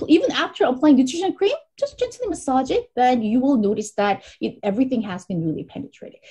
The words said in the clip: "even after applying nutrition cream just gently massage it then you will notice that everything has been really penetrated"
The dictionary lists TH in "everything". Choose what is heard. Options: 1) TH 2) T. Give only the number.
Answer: 1